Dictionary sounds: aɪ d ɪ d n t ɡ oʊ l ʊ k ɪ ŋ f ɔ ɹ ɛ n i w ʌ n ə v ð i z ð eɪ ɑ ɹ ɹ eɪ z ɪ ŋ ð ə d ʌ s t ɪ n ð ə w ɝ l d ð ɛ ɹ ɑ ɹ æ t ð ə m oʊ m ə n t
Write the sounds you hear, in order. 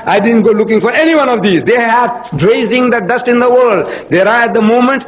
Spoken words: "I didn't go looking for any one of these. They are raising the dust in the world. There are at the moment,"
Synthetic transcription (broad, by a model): aɪ d ɪ d n t ɡ oʊ l ʊ k ɪ ŋ f ɔ ɹ ɛ n i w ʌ n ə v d i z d eɪ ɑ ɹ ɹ eɪ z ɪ ŋ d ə d ʌ s t ɪ n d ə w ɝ l d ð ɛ ɹ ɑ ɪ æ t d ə m oʊ m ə n t